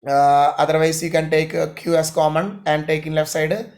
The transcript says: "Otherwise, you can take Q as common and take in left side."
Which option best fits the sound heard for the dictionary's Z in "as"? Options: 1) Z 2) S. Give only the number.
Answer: 2